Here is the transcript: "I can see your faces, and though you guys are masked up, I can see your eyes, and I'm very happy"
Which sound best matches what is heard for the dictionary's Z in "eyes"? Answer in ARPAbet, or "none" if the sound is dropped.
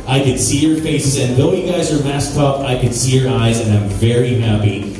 Z